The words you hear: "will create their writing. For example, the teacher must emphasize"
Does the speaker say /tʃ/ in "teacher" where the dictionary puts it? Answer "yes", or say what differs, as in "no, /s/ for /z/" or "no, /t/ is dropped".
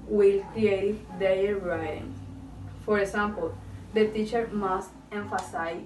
yes